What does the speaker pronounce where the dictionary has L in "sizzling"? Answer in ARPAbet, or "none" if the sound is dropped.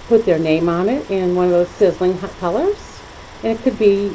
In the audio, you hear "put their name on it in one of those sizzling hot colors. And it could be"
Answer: L